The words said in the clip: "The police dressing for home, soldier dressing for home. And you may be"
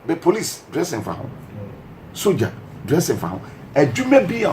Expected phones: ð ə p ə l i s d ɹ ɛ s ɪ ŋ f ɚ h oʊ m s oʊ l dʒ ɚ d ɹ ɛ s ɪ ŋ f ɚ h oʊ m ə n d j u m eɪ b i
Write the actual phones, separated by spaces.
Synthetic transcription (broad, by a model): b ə p ə l i s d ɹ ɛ s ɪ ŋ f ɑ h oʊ s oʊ dʒ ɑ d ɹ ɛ s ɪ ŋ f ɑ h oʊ ə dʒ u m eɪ b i